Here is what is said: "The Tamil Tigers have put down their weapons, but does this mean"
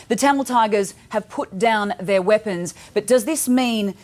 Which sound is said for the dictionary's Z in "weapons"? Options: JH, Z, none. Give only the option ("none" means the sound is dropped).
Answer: Z